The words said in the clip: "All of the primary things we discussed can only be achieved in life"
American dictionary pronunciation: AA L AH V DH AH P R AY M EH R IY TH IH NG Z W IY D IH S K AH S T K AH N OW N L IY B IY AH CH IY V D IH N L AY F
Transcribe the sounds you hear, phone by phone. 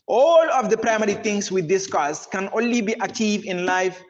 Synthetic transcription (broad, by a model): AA L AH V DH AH P R AY M EH R IY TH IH NG S W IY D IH S K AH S K AH N OW N L IY B IY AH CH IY V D IH N L AY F